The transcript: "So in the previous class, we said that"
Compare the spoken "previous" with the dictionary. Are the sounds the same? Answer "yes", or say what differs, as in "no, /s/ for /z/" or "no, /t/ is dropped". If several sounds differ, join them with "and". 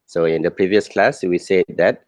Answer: yes